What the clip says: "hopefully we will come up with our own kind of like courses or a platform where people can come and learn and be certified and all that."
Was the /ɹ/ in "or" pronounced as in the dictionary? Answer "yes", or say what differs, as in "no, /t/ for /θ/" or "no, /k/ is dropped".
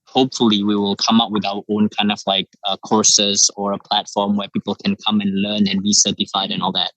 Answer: yes